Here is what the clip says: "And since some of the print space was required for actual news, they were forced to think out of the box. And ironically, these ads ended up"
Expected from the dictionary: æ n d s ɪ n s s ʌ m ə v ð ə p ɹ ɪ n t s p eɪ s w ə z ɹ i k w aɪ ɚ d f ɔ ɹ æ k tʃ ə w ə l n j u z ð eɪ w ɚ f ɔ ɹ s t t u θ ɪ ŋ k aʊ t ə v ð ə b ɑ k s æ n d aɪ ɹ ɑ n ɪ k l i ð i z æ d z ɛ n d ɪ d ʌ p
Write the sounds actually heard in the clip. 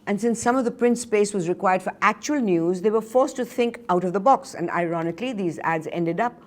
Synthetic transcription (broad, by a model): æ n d s ɪ n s s ʌ m ə v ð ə p ɹ ɪ n t s p eɪ s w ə z ɹ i k w aɪ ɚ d f ɔ ɹ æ k tʃ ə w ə l n j u z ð eɪ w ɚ f ɔ ɹ s t t u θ ɪ ŋ k aʊ t ə v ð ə b ɑ k s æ n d aɪ ɹ ɑ n ɪ k l i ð i z æ d z ɛ n d ɪ d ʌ p